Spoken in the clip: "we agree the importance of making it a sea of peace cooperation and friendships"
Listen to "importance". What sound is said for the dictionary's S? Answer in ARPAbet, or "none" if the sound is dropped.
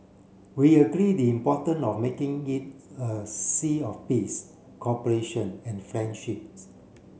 none